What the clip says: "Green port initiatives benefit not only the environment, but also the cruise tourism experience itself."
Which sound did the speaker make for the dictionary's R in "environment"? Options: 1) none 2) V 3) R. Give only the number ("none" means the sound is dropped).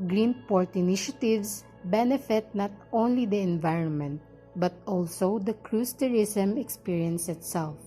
3